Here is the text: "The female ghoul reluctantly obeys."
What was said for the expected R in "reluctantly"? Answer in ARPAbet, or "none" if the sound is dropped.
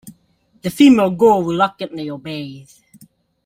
W